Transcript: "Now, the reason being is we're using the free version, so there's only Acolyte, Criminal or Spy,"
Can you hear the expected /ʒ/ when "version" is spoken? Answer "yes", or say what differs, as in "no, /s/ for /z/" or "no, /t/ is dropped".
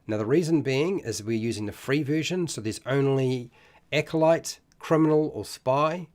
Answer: yes